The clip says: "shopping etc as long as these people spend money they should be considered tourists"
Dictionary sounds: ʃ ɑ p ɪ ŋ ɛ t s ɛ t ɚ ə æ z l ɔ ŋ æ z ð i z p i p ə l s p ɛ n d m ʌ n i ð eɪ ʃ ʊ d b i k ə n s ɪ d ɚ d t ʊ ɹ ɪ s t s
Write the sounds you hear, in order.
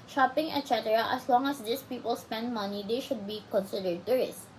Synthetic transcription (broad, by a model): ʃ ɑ p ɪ ŋ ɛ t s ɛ t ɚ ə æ s l ɔ ŋ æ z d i s p i p ə l s p ɛ n d m ʌ n i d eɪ ʃ ʊ d b i k ə n s ɪ d ɚ d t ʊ ɹ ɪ s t